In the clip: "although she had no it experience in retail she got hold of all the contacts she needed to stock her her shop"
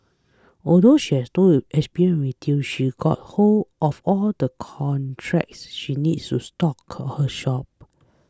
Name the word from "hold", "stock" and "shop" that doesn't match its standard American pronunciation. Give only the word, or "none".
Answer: hold